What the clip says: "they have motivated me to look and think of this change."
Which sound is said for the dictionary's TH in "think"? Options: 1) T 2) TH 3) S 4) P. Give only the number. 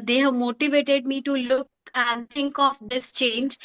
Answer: 1